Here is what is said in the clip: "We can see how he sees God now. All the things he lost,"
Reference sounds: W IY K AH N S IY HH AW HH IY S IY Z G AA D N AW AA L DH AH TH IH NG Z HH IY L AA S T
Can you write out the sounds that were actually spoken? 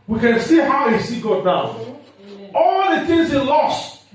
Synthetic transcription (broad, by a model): W IY K AH N S IY HH AW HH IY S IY G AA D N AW AA L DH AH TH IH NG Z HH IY L AA S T